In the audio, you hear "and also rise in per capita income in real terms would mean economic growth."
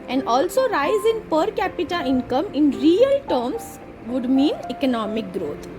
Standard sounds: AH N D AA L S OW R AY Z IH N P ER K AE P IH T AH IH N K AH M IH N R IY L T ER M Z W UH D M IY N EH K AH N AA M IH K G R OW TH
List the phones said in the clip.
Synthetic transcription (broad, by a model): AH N D AA L S OW R AY Z IH N P ER K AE P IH T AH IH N K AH M IH N R IY L T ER M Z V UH D M IY N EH K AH N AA M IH K G R OW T